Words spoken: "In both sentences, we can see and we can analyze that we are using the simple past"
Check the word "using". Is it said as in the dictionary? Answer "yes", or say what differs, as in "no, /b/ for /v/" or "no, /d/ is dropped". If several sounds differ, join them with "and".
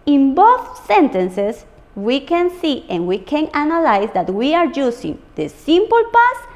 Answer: no, /s/ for /z/